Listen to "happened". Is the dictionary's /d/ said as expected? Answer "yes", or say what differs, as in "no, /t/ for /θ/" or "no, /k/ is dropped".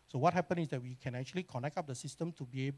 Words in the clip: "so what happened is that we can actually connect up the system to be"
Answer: no, /d/ is dropped